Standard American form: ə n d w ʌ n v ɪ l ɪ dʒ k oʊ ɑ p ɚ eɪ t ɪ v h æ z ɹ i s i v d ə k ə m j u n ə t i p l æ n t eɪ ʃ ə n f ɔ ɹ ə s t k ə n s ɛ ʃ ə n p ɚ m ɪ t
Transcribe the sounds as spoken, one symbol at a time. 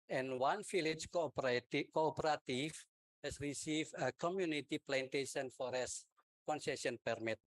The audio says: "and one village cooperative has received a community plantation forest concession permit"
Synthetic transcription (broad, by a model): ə n w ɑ n f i l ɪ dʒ k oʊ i p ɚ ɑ t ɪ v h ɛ s ɹ i s i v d ə k ə m j u n ə t i p l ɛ n t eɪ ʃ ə n f ɔ ɹ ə s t k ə n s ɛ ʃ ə n p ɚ m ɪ t